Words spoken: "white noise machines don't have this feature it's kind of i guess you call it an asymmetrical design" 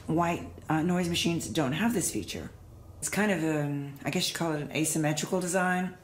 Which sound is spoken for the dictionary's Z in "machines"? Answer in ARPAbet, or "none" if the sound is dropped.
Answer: Z